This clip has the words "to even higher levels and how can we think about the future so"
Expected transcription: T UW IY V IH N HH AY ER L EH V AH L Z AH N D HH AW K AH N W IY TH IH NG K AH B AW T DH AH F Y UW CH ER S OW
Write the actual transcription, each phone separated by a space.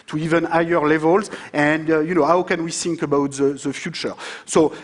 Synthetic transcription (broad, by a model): T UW IY V IH N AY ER L EH V AH L Z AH N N HH AW K AH N W IY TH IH NG K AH B AW T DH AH F Y UW CH ER S OW